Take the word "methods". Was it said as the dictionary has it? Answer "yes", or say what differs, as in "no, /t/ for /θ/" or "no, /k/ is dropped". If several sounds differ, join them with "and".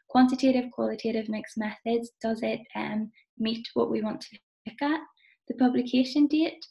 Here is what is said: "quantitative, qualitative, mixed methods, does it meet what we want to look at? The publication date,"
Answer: yes